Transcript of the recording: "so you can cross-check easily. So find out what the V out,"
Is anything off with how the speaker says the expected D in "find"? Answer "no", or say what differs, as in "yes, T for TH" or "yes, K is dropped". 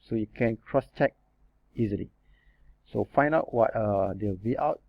yes, D is dropped